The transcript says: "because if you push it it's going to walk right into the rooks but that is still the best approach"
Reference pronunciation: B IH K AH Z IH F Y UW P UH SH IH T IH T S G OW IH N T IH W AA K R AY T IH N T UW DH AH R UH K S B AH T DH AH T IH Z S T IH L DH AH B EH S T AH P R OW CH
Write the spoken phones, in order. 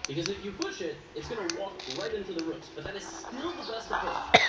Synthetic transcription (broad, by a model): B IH K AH Z IH F Y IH P UH SH IH T IH T S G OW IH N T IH W AA K R AY T IH N T UW DH AH R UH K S B AH T DH AH T IH Z S T IH L DH AH B EH S T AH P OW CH